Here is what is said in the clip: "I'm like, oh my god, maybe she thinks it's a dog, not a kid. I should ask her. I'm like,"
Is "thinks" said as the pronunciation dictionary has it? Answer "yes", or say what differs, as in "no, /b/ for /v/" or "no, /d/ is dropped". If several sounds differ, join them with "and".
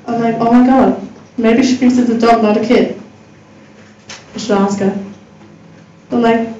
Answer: no, /f/ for /θ/ and /ŋ/ is dropped